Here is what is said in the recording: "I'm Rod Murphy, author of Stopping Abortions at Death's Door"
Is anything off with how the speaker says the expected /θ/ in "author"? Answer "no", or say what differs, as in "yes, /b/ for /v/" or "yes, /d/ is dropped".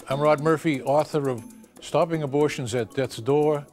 no